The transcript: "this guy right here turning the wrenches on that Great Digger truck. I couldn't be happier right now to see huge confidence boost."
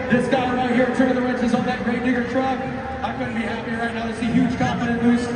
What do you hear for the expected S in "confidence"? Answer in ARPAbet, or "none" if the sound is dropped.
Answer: none